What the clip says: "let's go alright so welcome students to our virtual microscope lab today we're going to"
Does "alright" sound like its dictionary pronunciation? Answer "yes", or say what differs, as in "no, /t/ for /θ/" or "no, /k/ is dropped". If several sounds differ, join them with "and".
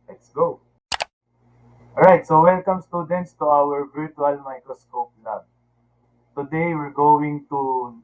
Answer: no, /l/ is dropped